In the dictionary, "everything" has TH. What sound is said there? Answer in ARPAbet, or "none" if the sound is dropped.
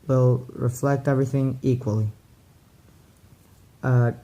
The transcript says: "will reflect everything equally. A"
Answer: TH